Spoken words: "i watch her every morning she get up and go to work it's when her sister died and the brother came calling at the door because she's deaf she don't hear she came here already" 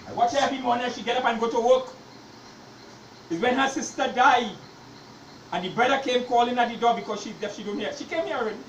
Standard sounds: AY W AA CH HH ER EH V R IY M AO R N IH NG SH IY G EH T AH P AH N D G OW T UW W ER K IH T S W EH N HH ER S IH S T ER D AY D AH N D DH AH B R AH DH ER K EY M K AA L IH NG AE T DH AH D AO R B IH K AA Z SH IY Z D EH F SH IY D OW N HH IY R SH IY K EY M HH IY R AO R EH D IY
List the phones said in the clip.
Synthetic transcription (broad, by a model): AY W AA CH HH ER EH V IY M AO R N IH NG SH IY G EH T AH P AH N G OW T UW W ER K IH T W EH N HH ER S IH S T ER D AY D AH N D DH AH B R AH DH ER K EY M K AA L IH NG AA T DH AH D AO B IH K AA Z SH IY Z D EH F SH IY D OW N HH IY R SH IY K EY M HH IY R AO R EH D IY